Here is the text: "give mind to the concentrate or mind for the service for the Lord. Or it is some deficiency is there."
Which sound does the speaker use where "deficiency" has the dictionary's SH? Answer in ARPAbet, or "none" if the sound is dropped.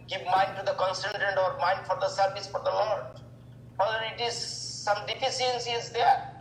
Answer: S